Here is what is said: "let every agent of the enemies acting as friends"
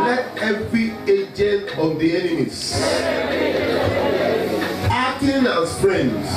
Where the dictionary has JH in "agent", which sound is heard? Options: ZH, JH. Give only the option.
JH